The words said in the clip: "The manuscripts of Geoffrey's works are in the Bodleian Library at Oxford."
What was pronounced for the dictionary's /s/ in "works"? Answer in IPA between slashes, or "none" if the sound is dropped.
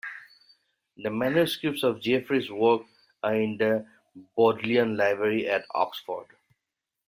none